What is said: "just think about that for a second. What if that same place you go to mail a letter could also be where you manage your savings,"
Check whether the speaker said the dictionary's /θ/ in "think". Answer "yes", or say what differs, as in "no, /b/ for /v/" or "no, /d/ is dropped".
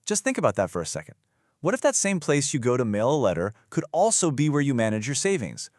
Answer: yes